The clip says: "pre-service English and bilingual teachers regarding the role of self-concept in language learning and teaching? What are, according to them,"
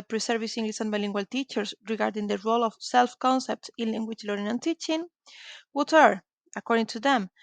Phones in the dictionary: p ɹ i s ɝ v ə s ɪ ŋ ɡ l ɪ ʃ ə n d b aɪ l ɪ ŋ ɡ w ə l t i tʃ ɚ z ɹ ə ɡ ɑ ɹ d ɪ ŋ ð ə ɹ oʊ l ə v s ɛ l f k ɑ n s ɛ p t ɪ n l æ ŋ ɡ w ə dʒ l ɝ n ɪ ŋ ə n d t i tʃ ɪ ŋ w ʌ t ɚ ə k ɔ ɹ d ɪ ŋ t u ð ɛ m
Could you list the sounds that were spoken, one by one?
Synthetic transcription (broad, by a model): p ɹ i s ɝ v ə s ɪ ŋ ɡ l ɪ s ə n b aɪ l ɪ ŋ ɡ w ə l t i tʃ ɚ s ɹ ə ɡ ɑ ɹ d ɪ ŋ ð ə ɹ oʊ l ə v s ɛ l f k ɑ n s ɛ p t ɪ n l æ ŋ ɡ w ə tʃ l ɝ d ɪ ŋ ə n t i tʃ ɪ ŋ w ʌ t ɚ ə k ɔ ɹ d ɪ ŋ t u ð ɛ m